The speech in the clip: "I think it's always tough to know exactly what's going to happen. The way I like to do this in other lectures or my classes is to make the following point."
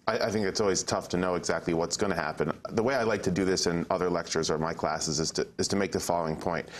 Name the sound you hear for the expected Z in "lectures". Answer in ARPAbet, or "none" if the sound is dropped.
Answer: Z